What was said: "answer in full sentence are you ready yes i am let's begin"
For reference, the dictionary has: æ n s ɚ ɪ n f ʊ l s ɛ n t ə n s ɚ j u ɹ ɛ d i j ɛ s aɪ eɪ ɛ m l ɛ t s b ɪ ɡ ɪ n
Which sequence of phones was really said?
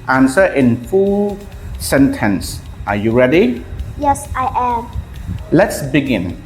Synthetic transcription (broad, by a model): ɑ n s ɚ ɪ n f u s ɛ n t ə n s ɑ j u ɹ ɛ d i j ɛ s aɪ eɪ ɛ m l ɛ t s b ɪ ɡ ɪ n